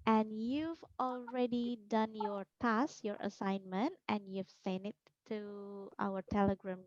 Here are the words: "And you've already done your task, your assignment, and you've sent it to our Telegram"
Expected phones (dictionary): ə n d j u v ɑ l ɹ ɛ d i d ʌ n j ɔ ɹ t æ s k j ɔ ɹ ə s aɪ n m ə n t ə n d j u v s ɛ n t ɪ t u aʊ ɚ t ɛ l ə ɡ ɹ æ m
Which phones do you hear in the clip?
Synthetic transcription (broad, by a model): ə n j u v ɑ l ɹ ɛ d i d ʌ n j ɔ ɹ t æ s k j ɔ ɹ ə s aɪ n m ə n t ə n j u v s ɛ n ɪ t u aʊ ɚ t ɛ l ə ɡ ɹ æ m